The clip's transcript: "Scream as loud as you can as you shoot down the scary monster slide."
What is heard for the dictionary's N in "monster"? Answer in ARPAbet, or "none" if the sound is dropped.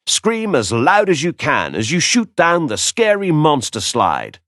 N